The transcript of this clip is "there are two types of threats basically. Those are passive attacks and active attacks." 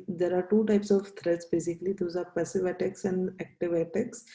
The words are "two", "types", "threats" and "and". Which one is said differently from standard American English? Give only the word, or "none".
threats